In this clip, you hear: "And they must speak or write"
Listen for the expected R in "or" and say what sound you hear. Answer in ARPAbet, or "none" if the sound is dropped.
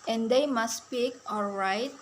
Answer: L